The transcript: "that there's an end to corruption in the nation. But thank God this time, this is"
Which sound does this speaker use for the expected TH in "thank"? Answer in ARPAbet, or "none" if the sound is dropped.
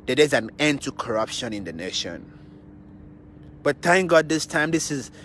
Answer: T